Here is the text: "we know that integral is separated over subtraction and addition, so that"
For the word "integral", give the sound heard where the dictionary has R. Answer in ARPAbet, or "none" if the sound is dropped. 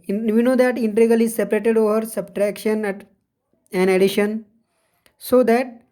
none